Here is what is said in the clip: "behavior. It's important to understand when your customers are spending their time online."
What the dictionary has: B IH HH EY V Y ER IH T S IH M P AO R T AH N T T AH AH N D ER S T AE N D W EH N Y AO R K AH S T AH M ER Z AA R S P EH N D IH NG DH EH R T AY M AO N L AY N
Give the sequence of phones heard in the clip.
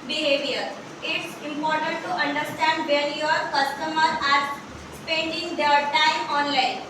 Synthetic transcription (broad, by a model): B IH HH EY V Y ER IH T S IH M P AO R T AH N T T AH AH N D ER S T AE N D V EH L Y AO R K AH S T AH M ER AA R S P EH N D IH NG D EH R T AY M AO N L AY N